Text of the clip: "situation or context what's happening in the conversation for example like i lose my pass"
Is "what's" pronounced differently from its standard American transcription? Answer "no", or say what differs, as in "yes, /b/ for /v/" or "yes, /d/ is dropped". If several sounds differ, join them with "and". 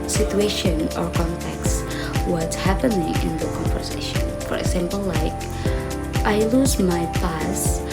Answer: yes, /s/ is dropped